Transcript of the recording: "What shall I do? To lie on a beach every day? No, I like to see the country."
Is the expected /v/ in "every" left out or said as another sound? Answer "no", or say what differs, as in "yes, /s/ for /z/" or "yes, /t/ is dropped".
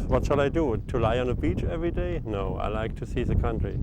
no